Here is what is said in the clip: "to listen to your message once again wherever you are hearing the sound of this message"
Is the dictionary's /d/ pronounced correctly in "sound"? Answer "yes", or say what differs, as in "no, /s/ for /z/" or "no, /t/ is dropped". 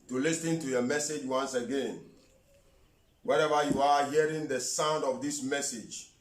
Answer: yes